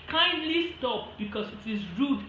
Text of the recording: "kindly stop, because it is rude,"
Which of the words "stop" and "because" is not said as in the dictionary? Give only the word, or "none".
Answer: because